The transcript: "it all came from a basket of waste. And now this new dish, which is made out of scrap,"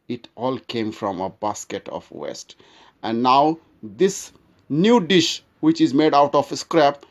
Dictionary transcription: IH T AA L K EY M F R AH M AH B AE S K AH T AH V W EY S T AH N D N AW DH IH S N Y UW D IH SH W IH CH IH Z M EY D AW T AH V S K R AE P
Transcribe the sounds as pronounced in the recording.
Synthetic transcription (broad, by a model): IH T AA L K EY M F R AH M AH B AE S K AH T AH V W EY S T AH N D N AW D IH S N Y UW D IH SH W IH CH IH Z M EY D AW T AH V S K R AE P